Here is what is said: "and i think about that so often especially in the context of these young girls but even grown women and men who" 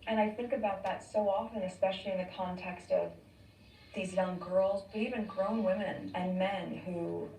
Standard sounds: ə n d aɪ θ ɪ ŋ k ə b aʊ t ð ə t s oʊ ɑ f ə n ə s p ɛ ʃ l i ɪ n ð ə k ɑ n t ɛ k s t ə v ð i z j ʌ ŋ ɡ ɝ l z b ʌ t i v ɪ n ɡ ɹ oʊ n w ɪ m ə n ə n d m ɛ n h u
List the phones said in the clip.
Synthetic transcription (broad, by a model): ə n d aɪ θ ɪ ŋ k ə b aʊ t ð ə t s oʊ ɑ f ə n ə s p ɛ ʃ l i ɪ n ð ə k ɑ n t ɛ k s t ə v ð i z j ʌ ŋ ɡ ɝ l z b ʌ t i v ɪ n ɡ ɹ oʊ n w ɪ m ə n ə n m ɛ n h u